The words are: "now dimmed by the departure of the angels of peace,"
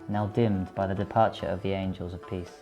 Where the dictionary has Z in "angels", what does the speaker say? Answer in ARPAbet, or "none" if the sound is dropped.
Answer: Z